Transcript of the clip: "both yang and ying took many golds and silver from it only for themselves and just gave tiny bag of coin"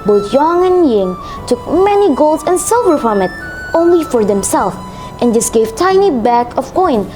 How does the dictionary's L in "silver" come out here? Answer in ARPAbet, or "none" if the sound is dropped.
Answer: L